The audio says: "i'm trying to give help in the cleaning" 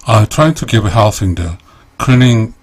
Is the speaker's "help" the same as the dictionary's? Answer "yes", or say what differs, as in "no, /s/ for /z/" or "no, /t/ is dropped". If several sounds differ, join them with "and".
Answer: no, /f/ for /p/